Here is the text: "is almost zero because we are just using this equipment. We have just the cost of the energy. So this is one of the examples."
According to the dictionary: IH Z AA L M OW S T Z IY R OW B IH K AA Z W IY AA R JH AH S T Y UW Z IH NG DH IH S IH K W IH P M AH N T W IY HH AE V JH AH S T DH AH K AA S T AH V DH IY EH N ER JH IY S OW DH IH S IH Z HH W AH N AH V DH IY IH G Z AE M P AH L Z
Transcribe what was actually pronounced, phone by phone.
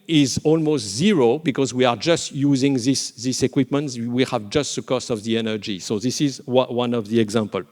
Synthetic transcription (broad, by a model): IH Z AA L M OW S T Z IY R OW B IH K AA Z W IY AA R JH AH S T Y UW Z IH NG DH IH S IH K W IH P M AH N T W IY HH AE V JH AH S T DH AH K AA S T AH V DH IY EH N ER JH IY S OW DH IH S IH Z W W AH N AH V DH IY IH G Z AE M P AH L